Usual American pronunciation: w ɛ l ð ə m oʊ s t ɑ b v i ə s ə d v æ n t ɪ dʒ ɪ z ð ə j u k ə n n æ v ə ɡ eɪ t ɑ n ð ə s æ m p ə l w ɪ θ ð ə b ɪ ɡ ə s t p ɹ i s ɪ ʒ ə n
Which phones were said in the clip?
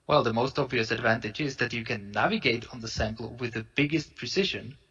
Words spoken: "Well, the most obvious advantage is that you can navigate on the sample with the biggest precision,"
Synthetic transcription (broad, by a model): w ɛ l ð ə m oʊ s t ɑ b v i ə s ə d v æ n t ɪ dʒ ɪ z ð ə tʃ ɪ k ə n n æ v ə ɡ eɪ t n ð ə s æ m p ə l w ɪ ð ə b ɪ ɡ ə s t p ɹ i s ɪ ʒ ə n